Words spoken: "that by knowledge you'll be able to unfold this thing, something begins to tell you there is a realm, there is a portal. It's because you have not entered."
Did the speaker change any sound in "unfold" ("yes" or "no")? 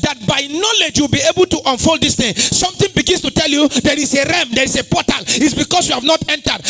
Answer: no